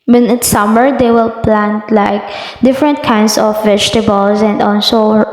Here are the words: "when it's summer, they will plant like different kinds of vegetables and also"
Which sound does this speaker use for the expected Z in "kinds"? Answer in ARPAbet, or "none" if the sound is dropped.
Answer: S